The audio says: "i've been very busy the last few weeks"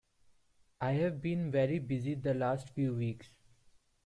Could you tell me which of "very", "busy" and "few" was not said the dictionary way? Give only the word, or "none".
none